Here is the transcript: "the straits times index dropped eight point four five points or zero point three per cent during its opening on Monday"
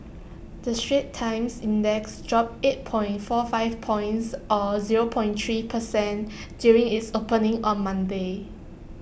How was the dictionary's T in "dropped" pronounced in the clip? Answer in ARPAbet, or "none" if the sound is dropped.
none